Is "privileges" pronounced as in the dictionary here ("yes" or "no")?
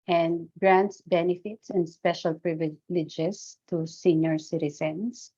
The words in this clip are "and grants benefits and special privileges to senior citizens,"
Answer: no